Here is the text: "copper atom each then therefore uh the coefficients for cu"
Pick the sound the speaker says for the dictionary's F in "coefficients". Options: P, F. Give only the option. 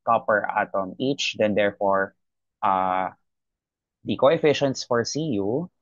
F